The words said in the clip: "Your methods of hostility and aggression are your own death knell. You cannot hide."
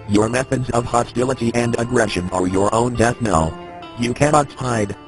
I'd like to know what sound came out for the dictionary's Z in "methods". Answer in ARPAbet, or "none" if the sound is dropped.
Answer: Z